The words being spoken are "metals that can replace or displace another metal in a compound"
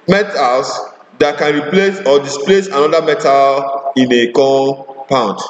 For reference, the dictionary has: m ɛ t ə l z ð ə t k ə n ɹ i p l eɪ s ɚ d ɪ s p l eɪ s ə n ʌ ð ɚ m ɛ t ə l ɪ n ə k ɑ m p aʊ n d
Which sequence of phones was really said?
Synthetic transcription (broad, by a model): m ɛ t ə l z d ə t k ə n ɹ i p l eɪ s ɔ d ɪ s p l eɪ s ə n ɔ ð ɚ m ɛ t ə l ɪ n ə k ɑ p aʊ n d